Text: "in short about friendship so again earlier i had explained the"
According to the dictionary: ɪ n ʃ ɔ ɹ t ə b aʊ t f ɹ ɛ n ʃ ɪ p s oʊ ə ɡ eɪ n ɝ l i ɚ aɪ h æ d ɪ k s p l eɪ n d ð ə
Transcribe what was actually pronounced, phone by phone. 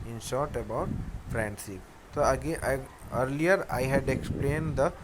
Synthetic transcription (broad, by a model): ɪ n ʃ ɔ ɹ t ə b aʊ t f ɹ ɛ n s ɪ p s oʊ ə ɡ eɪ ɝ l i ɚ aɪ h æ d ɪ k s p l eɪ n d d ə